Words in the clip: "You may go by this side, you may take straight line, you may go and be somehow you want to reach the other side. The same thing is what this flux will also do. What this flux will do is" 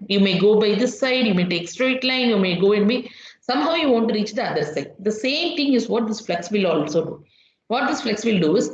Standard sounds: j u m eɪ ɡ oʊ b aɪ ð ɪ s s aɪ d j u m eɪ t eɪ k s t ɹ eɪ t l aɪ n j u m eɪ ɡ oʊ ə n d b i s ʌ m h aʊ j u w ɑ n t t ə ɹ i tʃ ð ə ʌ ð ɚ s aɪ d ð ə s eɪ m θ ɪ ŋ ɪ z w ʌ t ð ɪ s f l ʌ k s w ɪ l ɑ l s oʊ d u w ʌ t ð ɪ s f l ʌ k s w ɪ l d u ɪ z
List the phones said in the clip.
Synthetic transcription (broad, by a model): j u m eɪ ɡ oʊ b aɪ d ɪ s s aɪ d j u m eɪ t eɪ k s t ɹ eɪ t l aɪ n j u m eɪ ɡ oʊ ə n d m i s ʌ m h aʊ j u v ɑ n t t ɹ i tʃ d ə ʌ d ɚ s aɪ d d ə s eɪ m t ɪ ŋ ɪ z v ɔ t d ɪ s f l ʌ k s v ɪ l ɑ l s oʊ d u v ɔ t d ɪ s f l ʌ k s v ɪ l d u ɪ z